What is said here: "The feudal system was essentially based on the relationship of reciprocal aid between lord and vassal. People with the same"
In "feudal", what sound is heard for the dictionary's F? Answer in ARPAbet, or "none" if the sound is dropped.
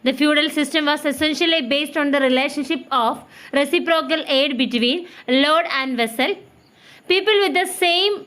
F